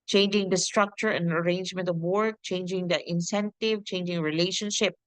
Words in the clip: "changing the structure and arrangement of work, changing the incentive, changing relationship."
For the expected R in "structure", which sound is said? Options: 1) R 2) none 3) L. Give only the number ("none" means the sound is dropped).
1